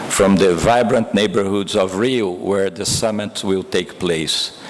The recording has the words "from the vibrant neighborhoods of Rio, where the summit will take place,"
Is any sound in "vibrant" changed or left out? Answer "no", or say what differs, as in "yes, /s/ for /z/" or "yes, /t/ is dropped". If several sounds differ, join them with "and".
no